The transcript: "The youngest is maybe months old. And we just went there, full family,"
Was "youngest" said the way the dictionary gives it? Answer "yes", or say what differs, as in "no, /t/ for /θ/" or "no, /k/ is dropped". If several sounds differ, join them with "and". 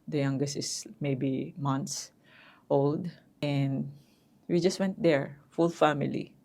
yes